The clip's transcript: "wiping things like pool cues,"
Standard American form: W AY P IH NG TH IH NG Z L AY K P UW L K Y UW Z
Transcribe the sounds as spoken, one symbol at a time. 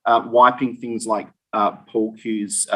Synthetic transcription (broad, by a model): W AY P IH NG TH IH NG Z L AY K P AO L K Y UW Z